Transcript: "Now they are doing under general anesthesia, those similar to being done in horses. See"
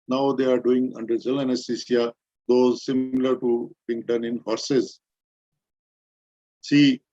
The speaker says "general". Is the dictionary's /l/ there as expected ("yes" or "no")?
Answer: no